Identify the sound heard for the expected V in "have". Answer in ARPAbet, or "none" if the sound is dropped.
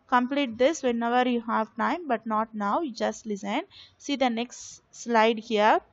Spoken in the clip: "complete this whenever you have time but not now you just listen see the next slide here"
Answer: V